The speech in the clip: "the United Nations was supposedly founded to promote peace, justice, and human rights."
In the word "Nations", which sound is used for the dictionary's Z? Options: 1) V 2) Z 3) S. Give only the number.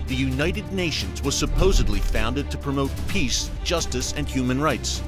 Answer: 2